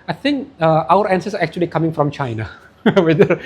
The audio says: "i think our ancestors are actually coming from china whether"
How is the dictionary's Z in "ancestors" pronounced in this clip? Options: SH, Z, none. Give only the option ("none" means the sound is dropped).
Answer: none